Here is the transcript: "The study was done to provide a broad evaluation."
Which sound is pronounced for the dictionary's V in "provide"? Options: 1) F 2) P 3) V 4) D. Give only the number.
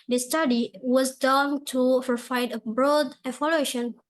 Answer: 1